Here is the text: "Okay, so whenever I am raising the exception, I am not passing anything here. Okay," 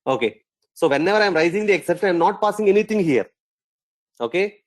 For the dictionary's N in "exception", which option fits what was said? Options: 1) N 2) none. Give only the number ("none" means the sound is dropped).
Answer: 2